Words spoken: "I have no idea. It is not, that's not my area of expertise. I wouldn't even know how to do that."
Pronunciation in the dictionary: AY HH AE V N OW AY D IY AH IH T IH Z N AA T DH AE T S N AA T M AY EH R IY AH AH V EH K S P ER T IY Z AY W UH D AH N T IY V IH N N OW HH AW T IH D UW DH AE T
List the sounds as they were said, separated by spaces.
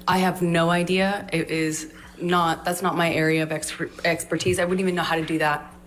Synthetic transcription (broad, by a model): AY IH V N OW AY D IY AH IH T IH Z N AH T DH AE T S N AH T M AY EH R IY AH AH V EH K S P ER T IY Z AY W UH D N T IY V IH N N OW HH AW T IH D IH DH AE T